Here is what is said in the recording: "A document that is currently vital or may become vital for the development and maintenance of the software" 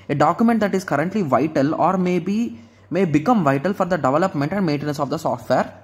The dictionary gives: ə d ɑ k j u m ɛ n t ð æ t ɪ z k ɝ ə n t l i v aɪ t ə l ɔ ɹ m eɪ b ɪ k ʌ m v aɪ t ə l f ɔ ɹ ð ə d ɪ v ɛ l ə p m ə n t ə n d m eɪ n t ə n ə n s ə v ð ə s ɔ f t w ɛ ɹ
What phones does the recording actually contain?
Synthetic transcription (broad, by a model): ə d ɑ k j u m ɛ n t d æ t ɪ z k ɝ ə n t l i v aɪ t ə l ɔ ɹ m eɪ b ɪ k ʌ m v aɪ t ə l f ɔ ɹ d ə d ɪ v ɛ l ə p m ə n t ə n d m eɪ n t ə n ə n s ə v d ə s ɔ f t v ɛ ɹ